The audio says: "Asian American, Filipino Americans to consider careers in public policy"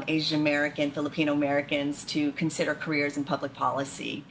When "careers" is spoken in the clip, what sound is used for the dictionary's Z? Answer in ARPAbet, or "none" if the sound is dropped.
Z